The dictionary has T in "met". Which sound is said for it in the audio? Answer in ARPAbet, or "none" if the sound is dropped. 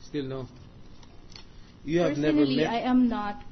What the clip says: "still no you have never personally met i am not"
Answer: none